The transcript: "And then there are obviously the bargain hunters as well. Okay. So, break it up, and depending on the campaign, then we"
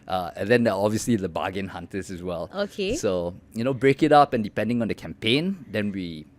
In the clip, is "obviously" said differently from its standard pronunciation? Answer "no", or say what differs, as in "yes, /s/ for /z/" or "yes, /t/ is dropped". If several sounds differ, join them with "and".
no